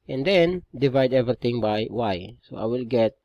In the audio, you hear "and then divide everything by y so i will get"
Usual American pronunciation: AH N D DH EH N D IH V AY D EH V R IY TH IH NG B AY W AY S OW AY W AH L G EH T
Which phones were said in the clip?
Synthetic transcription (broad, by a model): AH N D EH N D IH V AY D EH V R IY T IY NG B AY W AY S OW AY W AH L G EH T